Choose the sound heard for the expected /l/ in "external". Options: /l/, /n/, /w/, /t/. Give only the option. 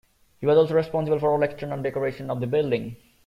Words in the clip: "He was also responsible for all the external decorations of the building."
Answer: /n/